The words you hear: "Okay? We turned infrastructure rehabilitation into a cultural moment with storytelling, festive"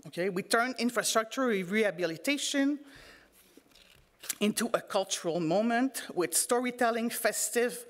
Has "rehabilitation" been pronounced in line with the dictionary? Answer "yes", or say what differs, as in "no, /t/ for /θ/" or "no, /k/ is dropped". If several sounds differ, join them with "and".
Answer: yes